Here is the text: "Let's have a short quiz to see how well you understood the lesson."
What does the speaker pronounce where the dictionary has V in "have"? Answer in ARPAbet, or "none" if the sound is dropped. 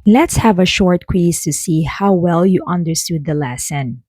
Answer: V